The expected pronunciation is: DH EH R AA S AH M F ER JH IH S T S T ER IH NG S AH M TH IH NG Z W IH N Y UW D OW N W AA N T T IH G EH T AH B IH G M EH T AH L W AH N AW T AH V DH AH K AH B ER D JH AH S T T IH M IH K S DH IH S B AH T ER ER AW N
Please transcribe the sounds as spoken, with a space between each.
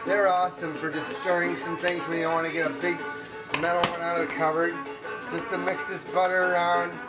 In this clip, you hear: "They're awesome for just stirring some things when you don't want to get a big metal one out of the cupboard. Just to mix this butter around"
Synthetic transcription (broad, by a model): DH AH R AA S AH M F ER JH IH S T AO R IH NG S AH M TH IH NG Z W IH N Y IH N W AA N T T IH G EH T AH B IH G M EH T L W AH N AW T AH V DH AH K AH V ER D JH AH S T T IH M IH K S DH IH S B AH T ER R AW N